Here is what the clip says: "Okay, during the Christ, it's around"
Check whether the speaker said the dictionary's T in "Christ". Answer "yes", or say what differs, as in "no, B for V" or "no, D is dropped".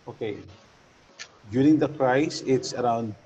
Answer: no, T is dropped